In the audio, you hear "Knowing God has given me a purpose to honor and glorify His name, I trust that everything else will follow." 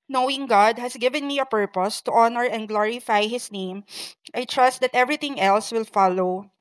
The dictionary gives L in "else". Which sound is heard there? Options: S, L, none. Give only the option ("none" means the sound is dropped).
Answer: L